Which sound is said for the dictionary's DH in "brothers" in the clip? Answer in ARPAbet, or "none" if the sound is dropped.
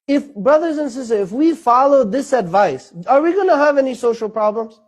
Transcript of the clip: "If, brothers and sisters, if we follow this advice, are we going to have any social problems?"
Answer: DH